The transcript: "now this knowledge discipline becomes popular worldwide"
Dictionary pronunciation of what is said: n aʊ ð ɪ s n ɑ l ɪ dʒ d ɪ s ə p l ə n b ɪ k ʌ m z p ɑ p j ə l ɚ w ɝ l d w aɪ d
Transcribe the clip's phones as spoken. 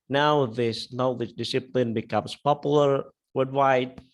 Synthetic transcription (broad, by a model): n aʊ ð ɪ s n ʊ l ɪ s d ɪ s ə p l ə n b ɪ k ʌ m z p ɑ p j l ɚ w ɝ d w aɪ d